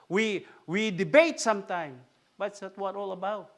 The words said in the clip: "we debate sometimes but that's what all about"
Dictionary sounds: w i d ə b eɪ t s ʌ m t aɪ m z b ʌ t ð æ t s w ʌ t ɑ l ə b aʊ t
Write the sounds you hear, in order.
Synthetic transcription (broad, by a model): w i d ə b eɪ t s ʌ m t aɪ m b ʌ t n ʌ t w ʌ t ɑ l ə b aʊ t